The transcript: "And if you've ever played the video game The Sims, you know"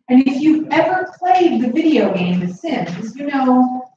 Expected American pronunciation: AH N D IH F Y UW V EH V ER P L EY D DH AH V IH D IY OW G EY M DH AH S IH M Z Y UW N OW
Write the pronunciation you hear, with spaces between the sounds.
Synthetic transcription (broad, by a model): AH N IH F Y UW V EH V ER P L EY D DH AH V IH D IY OW G EY M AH S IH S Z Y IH N OW